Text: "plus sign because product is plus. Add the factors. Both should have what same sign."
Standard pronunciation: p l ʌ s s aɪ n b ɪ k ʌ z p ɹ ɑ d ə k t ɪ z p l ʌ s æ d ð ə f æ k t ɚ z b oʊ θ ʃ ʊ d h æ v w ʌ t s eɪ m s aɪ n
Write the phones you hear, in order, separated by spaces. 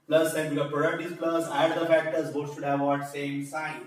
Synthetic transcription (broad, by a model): p l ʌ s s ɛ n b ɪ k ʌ p ɹ ɑ d ə k t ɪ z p l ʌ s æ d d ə f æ k t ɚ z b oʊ ʃ ʊ d h æ v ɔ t s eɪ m s aɪ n